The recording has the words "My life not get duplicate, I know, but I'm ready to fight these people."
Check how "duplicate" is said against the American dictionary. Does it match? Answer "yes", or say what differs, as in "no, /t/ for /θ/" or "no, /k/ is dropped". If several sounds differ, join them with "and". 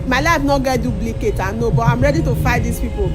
no, /b/ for /p/